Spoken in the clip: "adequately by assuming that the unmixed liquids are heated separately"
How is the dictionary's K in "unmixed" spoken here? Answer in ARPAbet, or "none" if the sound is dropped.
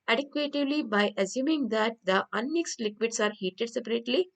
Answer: K